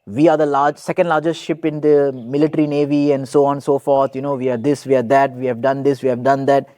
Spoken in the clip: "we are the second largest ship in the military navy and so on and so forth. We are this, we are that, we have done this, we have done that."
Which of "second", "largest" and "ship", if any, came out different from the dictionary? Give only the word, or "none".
none